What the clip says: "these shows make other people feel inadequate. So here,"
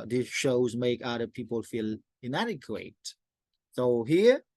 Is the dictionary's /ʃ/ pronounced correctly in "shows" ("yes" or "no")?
yes